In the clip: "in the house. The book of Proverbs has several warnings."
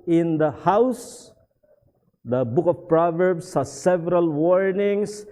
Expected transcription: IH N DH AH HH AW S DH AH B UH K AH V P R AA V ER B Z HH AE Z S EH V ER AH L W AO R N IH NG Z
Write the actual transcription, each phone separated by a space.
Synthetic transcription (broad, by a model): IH N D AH HH AW S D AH B UH K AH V P R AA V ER B S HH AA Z S EH V ER AH L W AO R N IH NG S